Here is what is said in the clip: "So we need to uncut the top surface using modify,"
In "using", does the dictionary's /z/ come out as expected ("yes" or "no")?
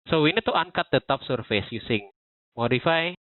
no